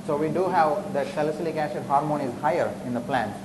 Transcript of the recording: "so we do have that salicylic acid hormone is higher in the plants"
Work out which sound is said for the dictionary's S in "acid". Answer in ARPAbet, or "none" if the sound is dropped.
SH